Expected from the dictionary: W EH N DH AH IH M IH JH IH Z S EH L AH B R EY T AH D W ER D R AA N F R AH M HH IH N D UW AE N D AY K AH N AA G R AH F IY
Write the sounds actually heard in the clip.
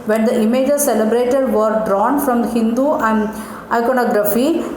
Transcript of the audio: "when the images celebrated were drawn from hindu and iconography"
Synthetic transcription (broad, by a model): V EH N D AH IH M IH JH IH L S EH L AH B R EY T AH D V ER D R AA N F R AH M HH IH N D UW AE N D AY K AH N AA G R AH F IY